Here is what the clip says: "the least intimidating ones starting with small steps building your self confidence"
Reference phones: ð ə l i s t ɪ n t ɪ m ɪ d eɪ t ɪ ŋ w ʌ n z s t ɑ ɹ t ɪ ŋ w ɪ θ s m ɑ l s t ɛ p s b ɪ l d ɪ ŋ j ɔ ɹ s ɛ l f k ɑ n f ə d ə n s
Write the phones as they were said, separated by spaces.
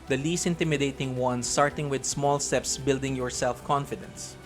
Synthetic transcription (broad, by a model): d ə l i s t ɪ n t ɪ m ɪ d eɪ t ɪ ŋ w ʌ n s t ɑ ɹ t ɪ ŋ w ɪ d s m ɑ l s t ɛ p s b ɪ l d ɪ ŋ j ɔ ɹ s ɛ l f k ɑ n f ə d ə n s